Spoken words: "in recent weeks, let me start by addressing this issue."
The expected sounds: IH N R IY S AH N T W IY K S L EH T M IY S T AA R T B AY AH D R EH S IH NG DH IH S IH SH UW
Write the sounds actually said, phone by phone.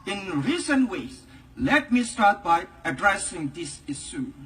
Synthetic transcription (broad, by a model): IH N R IY S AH N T W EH S L EH T M IY S T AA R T B AY AH D R EH S IH NG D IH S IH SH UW